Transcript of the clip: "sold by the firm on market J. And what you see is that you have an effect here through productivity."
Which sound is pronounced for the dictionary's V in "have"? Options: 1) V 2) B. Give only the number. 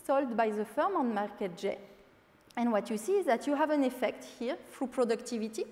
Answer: 1